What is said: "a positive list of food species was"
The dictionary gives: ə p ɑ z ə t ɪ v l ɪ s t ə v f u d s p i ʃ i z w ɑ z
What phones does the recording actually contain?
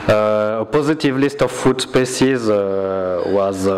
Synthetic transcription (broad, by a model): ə p ɑ z ə t ɪ v l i s t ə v f u d s p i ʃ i z w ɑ z